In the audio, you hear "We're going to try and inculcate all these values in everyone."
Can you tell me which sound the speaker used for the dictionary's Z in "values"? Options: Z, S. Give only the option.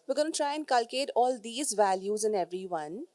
Z